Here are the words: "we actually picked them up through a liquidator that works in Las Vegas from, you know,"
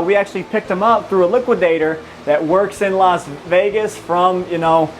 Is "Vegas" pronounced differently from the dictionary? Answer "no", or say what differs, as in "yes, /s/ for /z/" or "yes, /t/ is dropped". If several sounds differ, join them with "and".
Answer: no